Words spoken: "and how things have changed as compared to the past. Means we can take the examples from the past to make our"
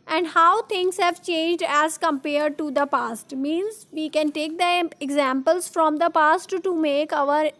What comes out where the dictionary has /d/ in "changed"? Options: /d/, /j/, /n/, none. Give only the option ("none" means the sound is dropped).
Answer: /d/